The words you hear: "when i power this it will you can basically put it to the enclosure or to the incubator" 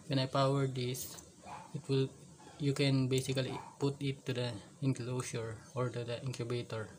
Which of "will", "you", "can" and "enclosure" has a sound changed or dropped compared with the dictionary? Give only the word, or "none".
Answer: enclosure